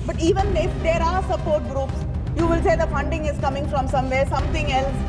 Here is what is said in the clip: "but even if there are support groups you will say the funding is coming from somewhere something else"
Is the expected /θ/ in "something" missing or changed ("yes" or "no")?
yes